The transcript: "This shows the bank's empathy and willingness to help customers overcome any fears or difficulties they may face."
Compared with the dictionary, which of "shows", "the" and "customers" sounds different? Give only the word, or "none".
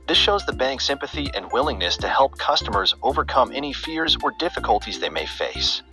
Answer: none